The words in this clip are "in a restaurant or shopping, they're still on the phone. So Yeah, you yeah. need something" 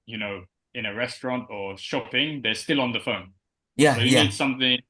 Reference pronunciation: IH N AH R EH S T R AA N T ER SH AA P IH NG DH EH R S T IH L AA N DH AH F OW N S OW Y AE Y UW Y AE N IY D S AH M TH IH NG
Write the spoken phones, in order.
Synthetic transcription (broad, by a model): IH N AH R EH S T R AA N T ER SH AA P IH NG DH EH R S T IH L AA N DH AH F OW N Y AE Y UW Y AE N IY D S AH M TH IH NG